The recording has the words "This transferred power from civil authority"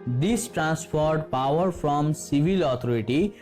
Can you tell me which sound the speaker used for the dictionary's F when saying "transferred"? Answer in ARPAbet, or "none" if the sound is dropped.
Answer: P